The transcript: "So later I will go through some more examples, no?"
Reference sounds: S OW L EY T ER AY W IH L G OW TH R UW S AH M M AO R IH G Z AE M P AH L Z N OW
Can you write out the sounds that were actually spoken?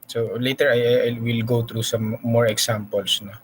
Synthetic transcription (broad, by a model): S OW L EY T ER AY W IH L G OW T R UW S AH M M AO R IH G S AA M P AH L S N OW